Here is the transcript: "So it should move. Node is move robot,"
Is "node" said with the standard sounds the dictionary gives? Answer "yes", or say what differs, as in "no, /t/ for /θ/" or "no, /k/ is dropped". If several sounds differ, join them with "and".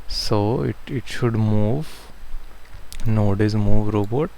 yes